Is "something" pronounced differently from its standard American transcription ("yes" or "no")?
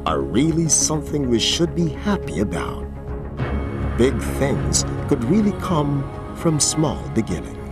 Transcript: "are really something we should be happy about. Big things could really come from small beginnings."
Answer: no